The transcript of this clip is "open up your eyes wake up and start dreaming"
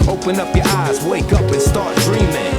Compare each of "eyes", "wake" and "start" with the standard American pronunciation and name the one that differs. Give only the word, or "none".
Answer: none